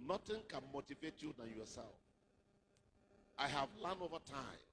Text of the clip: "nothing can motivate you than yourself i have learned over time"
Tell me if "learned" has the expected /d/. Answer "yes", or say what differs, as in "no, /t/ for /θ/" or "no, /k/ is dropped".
no, /d/ is dropped